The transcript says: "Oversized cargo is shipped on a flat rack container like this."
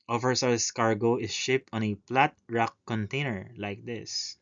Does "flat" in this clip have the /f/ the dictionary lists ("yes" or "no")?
no